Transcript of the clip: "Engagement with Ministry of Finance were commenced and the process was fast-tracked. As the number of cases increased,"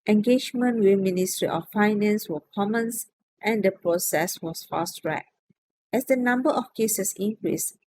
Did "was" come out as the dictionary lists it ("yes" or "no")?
no